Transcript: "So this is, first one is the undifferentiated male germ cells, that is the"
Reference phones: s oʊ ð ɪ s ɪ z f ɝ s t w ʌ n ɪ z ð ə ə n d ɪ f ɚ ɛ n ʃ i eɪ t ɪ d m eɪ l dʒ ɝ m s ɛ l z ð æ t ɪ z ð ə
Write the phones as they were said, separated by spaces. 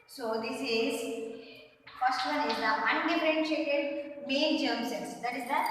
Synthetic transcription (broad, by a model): s oʊ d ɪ s ɪ z f ɝ s t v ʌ n ɪ z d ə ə n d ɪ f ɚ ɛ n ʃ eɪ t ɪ d m eɪ n dʒ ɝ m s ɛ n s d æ t ɪ z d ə